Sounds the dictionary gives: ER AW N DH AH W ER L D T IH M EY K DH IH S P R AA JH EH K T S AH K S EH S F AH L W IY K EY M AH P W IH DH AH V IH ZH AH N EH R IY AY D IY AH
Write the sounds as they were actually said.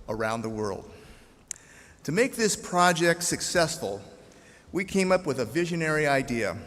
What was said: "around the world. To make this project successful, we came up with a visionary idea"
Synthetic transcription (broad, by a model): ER AW N DH AH W ER L D T IH M EY K DH IH S P R AA JH EH K T S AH K S EH S F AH L W IY K EY M AH P W IH DH AH V IH ZH AH N EH R IY AY D IY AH